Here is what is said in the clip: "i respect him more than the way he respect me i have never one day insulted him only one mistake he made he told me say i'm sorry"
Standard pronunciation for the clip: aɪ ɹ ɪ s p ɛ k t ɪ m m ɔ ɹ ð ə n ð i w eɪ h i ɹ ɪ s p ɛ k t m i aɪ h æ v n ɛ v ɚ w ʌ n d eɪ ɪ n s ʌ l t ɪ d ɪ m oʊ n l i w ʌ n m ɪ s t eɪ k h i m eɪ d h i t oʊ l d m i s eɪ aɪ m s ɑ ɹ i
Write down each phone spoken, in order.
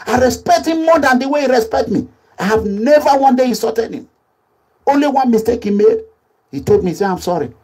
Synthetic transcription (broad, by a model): aɪ ɹ ɪ s p ɛ k t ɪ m m ɔ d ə n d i w eɪ i ɹ ɪ s p ɛ k t m i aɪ h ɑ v n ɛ v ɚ w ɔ n d eɪ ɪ s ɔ t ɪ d ɪ m oʊ n l i w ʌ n m ɪ s t eɪ k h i m eɪ d h i t oʊ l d m i s eɪ aɪ m s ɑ ɹ i